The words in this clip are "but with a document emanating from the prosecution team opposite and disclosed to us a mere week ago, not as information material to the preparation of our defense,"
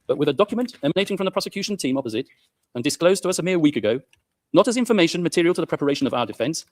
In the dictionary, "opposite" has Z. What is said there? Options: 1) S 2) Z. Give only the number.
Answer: 2